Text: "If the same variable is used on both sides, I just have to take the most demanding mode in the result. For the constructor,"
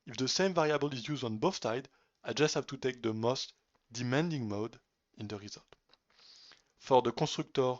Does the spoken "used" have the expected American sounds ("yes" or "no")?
yes